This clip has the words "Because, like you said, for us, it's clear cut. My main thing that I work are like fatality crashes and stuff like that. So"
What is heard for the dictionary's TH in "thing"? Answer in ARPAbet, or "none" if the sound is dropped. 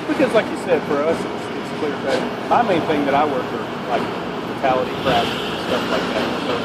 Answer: TH